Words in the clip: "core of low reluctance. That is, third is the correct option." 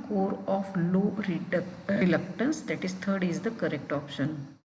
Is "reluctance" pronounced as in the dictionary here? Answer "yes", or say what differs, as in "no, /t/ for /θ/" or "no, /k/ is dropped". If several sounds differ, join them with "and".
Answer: yes